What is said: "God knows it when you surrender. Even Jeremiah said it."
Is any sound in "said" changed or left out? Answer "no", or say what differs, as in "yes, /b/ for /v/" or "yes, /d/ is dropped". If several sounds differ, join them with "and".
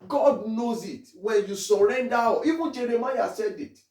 no